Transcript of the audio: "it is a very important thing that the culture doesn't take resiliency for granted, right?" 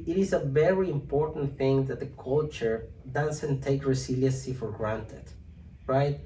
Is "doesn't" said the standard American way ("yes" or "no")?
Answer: no